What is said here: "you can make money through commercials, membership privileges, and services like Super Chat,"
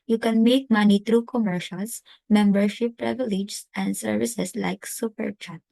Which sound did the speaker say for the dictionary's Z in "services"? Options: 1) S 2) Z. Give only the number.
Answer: 1